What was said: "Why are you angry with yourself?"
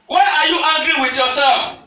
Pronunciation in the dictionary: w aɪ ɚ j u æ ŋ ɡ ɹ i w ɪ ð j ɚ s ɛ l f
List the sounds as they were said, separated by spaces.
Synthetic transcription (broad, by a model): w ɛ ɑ j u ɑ ɡ ɹ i w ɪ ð j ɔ s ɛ l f